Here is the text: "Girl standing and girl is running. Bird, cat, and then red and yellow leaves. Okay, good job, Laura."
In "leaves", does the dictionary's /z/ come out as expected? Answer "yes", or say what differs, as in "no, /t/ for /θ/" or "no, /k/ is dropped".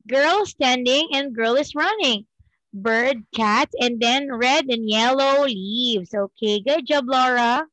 no, /s/ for /z/